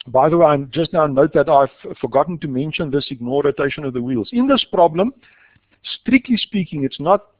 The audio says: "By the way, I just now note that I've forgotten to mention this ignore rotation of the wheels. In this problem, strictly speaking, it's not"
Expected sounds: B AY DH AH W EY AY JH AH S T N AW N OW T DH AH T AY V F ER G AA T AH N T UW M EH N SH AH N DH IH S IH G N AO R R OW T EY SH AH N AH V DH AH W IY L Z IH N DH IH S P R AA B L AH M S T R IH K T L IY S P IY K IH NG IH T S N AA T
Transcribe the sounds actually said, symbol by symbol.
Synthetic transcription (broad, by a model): B AY DH AH W EY AY JH AH S T N AW N OW T DH AH T AY V F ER G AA T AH N T UW M EH N SH AH N DH IH S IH G N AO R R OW T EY SH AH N AH V DH AH W IY L Z IH N DH IH S P R AA B L AH M S T R IH K T L IY S P IY K IH NG IH T S N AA T